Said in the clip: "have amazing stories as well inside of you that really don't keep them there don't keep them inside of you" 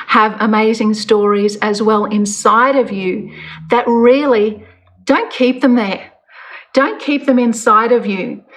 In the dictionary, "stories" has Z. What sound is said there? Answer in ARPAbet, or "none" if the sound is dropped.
Z